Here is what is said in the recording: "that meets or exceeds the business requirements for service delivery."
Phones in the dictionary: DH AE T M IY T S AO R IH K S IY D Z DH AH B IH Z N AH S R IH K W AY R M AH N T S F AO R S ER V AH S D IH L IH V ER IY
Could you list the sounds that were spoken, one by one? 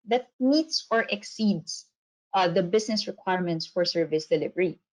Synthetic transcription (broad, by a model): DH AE T M IY T S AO R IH K S IY D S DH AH B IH S N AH S R IH K W AY R M AH N T S F AO R S ER V AH S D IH L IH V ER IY